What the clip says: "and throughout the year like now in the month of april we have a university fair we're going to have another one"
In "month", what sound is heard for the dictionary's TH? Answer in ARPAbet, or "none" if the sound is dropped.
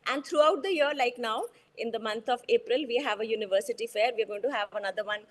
T